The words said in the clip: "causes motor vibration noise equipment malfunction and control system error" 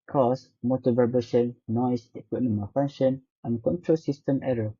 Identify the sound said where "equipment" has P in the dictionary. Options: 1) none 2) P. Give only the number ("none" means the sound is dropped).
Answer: 1